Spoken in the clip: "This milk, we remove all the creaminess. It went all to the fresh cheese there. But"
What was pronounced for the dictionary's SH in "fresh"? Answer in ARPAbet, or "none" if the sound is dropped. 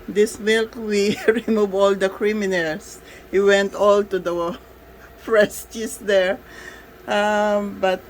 S